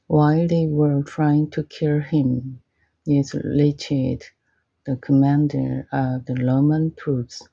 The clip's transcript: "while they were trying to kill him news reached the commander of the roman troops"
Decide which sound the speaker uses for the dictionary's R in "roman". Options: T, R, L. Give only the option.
L